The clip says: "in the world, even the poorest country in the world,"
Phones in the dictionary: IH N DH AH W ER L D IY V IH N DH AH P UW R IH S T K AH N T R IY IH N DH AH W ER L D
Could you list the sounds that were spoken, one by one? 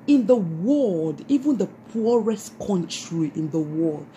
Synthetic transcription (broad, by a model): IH N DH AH W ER L D IY V IH N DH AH P UW R IH S T K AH N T R IY IH N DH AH W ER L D